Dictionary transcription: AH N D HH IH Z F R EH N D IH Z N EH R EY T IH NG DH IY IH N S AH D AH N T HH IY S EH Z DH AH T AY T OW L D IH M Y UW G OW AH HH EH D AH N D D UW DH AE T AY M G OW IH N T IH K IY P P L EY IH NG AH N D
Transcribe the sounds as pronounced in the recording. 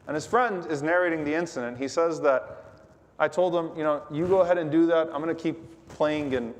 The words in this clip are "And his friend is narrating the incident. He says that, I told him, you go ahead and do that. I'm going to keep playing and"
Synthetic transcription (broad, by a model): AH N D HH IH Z F R EH N D IH Z N EH R EY T IH NG DH IY IH N S AH D AH N T HH IY S EH Z DH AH T AY T OW L D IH M Y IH G OW AH HH EH D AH N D D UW DH AE T AY M G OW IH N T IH K IY P P L EY IH NG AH N